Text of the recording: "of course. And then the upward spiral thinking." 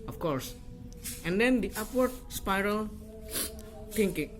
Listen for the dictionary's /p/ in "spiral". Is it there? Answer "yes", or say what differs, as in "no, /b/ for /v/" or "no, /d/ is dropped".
yes